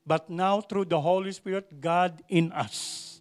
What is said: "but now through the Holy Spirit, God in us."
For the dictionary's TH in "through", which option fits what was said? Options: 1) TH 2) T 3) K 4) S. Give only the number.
2